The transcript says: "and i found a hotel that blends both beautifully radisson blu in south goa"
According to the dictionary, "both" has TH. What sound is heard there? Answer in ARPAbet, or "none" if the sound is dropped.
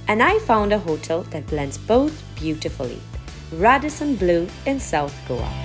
TH